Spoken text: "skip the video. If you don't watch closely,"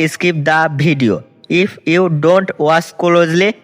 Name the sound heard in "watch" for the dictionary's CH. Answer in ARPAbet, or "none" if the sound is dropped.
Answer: S